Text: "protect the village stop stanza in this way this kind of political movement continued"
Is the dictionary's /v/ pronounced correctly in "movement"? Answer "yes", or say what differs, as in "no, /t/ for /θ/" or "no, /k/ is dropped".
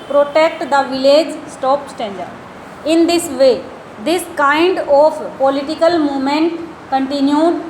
no, /v/ is dropped